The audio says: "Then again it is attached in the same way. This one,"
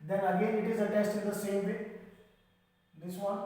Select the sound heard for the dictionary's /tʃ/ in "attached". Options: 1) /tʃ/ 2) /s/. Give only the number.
2